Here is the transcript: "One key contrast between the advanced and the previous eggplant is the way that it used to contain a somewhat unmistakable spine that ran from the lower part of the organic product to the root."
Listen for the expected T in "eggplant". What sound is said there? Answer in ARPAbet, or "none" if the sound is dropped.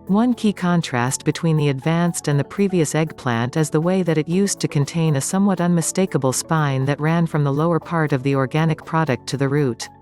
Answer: T